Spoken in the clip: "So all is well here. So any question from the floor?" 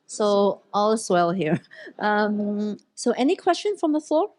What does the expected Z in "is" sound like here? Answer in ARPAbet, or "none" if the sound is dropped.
S